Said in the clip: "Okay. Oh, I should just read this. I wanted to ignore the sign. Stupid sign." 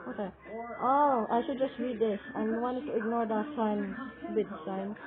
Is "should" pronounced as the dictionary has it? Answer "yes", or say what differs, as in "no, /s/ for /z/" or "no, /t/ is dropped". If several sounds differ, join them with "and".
yes